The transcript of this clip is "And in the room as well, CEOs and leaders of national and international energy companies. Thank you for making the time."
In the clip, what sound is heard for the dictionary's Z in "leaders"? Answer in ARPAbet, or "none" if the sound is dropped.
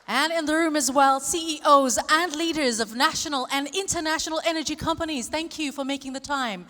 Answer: Z